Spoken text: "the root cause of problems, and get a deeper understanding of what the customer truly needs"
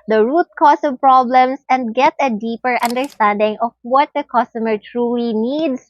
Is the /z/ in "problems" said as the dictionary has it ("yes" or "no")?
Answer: no